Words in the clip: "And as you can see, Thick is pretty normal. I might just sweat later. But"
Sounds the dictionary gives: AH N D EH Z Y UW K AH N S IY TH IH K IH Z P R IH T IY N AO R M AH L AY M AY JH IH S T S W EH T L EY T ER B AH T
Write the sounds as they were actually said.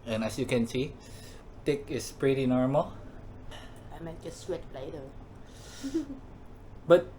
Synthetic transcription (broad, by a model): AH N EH S Y UW K AH N S IY T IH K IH S P R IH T IY N AO R M AH L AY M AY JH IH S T S W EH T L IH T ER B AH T